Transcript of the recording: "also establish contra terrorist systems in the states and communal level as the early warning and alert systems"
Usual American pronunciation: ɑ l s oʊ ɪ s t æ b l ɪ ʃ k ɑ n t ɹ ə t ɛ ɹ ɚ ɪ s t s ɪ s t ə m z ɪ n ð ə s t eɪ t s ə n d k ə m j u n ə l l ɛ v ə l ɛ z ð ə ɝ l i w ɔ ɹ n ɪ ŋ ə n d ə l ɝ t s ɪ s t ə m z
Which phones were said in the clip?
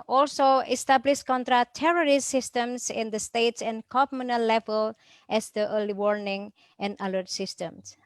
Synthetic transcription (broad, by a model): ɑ l s oʊ ɪ s t æ b l ɪ ʃ k ɑ n t ɹ ə t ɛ ɹ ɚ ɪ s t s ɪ s t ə m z ɪ n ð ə s t eɪ t s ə n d k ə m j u n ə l l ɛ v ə l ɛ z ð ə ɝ l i w ɔ ɹ n ɪ ŋ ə n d ə l ɝ t s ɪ s t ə m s